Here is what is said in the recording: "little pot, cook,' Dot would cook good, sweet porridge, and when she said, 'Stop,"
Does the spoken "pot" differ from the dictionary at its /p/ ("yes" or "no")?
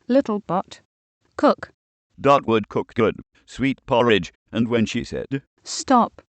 yes